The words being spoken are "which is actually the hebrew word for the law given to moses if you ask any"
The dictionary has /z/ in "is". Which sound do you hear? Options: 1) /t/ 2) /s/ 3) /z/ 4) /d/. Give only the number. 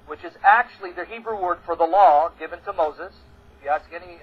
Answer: 3